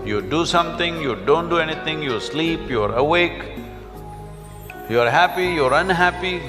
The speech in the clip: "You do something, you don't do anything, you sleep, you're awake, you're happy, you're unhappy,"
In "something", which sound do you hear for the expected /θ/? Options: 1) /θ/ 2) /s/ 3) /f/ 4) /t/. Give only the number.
4